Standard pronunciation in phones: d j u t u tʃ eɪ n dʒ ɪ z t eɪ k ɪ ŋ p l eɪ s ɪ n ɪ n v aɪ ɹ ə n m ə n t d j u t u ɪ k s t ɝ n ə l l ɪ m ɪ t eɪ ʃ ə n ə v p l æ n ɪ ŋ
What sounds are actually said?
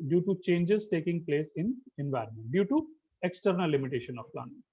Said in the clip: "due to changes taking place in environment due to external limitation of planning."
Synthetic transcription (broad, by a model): d j u t u tʃ eɪ n dʒ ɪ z t eɪ k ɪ ŋ p l eɪ s ɪ n ɪ n v aɪ ɹ ə n m ə n t d j u t u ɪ k s t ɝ n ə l l ɪ m ɪ t eɪ ʃ ə n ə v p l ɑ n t